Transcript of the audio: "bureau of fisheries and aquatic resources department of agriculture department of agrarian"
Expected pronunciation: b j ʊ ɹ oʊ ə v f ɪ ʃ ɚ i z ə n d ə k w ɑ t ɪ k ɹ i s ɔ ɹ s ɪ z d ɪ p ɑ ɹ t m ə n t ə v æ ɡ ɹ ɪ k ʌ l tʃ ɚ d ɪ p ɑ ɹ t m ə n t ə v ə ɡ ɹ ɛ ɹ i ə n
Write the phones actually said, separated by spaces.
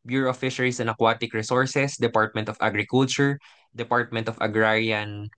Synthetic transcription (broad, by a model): b j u ɹ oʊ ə f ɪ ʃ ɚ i s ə n ə k w ɑ t ɪ k ɹ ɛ s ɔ ɹ s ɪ s d ɪ p ɑ ɹ t m ə n t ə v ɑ ɡ ɹ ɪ k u l tʃ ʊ d ɪ p ɑ ɹ t m ə n t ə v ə ɡ ɹ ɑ ɹ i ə n